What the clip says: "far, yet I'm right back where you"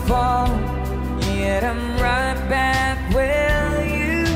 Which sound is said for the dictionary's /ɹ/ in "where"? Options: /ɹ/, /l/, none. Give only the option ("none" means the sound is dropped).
/l/